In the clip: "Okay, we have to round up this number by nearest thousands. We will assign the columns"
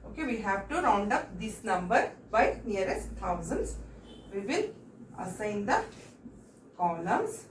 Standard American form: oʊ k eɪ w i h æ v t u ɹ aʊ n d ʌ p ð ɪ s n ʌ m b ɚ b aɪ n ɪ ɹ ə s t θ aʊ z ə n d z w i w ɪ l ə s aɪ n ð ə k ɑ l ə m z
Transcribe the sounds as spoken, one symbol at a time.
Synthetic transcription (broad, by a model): oʊ k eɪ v i h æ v t u ɹ aʊ n d ʌ p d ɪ s n ʌ m b ɚ b aɪ n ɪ ɹ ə s t t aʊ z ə n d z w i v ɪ n ə s aɪ n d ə k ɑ l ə m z